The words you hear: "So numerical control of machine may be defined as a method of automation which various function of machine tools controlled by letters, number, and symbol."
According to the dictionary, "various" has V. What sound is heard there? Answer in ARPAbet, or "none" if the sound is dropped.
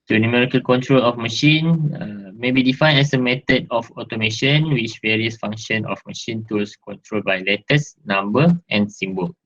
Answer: V